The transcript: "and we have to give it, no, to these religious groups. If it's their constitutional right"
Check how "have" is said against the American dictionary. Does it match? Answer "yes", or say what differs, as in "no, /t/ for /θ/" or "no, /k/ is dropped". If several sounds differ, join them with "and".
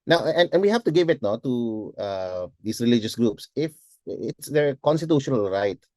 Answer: no, /f/ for /v/